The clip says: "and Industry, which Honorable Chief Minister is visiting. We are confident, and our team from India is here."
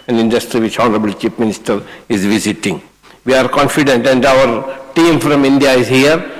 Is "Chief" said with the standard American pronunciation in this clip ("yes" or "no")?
no